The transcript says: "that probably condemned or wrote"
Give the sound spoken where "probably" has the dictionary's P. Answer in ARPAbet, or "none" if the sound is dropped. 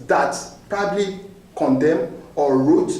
P